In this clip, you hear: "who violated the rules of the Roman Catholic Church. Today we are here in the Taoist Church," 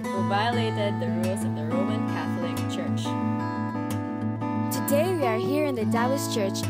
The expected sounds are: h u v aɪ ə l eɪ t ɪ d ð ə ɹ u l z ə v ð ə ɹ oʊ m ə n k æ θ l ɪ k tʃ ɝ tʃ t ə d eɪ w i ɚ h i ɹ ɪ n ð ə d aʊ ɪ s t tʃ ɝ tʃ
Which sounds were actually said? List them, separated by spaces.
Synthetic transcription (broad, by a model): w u v aɪ ə l eɪ t ɪ d ð ə ɹ u l z ə v ð ə ɹ oʊ m ə n k æ θ l ɪ k tʃ ɝ tʃ t ə d eɪ w i ɚ h i ɹ ɪ n ð ə d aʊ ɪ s tʃ ɝ tʃ